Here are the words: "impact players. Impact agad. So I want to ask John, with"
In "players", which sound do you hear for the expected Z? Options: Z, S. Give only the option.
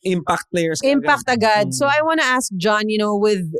S